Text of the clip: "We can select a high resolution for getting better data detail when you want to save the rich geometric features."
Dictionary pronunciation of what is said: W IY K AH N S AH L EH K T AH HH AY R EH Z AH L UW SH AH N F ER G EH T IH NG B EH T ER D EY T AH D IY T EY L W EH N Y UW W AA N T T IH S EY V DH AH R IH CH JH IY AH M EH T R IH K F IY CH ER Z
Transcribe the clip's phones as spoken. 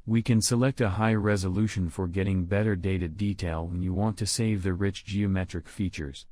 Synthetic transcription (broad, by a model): W IY K AH N S AH L EH K T AH HH AY R EH Z AH L UW SH AH N F ER G EH T IH NG B EH T ER D EY T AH D IY T EY L W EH N Y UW W AA N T T IH S EY V DH AH R IH CH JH IY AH M EH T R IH K F IY CH ER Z